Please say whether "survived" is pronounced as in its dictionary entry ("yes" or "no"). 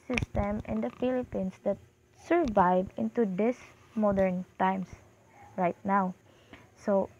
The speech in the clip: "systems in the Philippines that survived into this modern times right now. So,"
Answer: no